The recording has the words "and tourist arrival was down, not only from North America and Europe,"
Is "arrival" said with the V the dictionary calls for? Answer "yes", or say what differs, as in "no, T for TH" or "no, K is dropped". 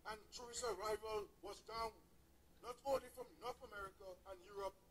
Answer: yes